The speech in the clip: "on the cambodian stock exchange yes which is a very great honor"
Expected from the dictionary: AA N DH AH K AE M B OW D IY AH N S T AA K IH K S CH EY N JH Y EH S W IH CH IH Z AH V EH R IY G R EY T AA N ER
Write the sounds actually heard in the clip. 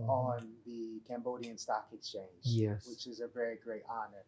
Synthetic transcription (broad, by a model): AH N DH AH K AE M B OW D IY AH N S T AA K IH K S CH EY N JH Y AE W IH CH IH Z AH V EH R IY G R EY T AA N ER